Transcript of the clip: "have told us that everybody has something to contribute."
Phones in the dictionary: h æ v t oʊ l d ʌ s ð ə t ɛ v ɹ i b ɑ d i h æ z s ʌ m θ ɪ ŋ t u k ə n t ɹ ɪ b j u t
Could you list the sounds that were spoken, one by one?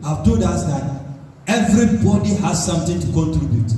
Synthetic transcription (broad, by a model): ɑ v t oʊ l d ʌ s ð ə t ɛ v ɹ i b ɑ d i h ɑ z s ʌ m t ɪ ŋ t u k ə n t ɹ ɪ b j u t